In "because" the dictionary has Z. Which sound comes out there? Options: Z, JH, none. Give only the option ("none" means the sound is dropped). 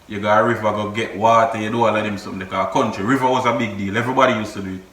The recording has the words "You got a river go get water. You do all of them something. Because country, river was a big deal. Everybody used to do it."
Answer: none